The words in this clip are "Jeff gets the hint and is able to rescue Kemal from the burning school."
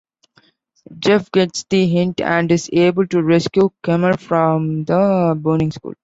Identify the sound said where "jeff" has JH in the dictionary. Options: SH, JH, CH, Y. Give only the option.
JH